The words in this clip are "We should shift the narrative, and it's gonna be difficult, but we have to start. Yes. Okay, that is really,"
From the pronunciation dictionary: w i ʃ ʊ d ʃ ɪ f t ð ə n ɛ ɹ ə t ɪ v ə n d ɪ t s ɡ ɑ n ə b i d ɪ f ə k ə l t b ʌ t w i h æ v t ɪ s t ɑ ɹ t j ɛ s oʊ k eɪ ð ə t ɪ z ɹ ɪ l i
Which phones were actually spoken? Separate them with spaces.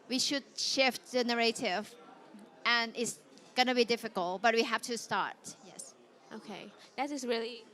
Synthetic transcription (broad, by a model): w i ʃ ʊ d ʃ ɪ f t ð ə n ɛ ɹ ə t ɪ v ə n ɪ t s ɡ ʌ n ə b i d ɪ f ə k ə l t b ʌ t w i h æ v t ɪ s t ɑ ɹ t j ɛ s oʊ k eɪ ð ə t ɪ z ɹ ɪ l i